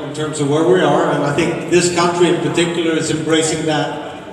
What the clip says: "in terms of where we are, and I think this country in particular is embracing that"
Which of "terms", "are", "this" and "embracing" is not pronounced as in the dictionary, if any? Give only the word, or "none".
none